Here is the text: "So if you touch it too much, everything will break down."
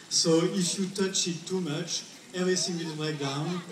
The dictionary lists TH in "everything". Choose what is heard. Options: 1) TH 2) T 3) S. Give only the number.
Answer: 3